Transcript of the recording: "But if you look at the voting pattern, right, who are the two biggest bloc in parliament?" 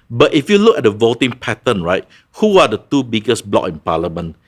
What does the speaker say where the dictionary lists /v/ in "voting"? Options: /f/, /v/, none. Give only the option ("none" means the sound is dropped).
/v/